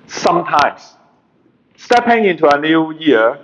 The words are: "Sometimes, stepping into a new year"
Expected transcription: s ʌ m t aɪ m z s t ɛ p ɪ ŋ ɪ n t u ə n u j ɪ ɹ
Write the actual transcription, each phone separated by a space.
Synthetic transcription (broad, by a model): s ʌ m t aɪ m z s t ɛ p ɪ ŋ ɪ n t u ə n u j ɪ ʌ